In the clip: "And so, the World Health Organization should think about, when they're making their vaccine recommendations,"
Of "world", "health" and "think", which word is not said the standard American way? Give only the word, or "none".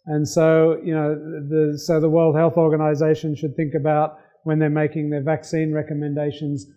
none